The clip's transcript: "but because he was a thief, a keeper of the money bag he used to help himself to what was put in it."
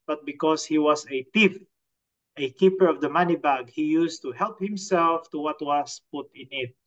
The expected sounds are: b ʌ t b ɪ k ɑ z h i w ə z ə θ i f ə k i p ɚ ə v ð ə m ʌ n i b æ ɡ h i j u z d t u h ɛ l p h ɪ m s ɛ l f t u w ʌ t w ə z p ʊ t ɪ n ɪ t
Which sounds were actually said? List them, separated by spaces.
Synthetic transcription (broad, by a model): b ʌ t b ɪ k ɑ s h i w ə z ə t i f ə k i p ɚ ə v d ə m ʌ n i b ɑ ɡ h i j u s t u h ɛ l p h ɪ m s ɛ l f t u w ʌ t w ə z p ʊ t ɪ n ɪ t